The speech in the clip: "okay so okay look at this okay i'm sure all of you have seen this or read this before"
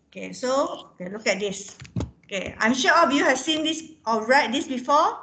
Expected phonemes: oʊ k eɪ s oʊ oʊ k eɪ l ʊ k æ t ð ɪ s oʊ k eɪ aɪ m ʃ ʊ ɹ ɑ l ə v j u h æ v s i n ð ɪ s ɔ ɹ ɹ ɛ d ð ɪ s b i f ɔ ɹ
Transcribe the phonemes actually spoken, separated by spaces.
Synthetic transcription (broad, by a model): oʊ k eɪ s oʊ oʊ k eɪ l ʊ k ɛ t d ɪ s oʊ k eɪ aɪ m ʃ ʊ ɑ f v j u h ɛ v s i n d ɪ s ɔ l ɹ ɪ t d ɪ s b i f ɔ